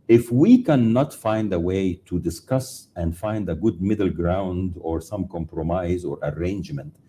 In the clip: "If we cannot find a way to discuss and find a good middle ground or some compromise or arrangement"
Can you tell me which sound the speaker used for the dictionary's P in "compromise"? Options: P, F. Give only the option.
P